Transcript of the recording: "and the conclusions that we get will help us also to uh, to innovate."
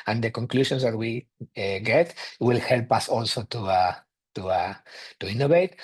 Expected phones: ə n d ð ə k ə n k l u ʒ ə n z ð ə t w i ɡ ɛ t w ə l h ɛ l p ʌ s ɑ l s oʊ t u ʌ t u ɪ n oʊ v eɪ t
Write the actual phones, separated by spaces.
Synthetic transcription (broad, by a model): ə n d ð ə k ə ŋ k l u ʃ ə n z ð ə t w i ɡ ɛ t w ə l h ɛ l p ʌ s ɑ l s oʊ t u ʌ t u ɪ n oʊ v eɪ t